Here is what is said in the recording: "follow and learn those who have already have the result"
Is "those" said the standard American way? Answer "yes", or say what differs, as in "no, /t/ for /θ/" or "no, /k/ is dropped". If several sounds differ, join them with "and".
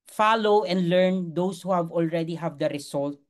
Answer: no, /s/ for /z/